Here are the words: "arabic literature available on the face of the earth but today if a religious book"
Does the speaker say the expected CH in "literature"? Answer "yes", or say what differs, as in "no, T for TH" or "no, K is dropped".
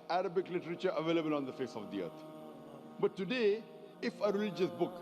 yes